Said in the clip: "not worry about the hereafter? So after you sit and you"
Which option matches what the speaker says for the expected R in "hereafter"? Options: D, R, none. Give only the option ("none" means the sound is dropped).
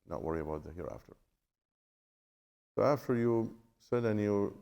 R